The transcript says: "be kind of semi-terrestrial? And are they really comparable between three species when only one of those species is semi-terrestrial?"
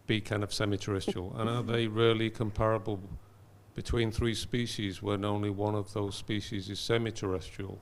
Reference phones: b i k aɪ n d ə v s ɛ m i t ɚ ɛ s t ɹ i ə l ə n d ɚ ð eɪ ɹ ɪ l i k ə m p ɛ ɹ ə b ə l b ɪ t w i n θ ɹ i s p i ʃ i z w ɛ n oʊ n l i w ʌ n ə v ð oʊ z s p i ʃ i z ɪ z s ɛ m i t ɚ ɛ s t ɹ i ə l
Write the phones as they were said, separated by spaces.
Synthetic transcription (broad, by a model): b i k aɪ n d ə v s ɛ m i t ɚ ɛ s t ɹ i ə l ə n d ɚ ð eɪ ɹ ɪ l i k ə m p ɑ ɹ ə b ə l b ɪ t w i n θ ɹ i s p i ʃ i z w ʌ n oʊ n l i w ʌ n ə v ð oʊ z s p i ʃ i z ɪ z s ɛ m i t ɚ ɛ s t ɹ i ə l